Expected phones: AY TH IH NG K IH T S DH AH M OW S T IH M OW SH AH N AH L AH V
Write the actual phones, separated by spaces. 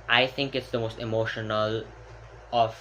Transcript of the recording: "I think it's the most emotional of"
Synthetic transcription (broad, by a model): AY T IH NG K IH T S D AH M OW S T IH M OW SH AH N AH L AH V